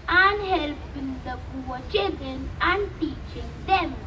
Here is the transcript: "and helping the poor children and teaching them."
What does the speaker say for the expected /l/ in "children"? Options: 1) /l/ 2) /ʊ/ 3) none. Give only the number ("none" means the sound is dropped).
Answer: 3